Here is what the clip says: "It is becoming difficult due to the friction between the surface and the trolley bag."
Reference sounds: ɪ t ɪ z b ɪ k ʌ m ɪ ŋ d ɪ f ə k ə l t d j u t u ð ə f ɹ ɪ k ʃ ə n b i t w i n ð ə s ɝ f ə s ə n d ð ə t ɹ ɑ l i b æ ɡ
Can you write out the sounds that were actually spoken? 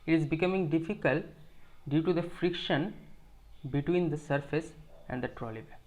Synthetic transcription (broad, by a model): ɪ t ɪ z b ɪ k ʌ m ɪ ŋ d ɪ f ə k ə l t d j u t u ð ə f ɹ ɪ k ʃ ə n b i t w i n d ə s ɝ f ə s ə n d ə t ɹ ɑ l i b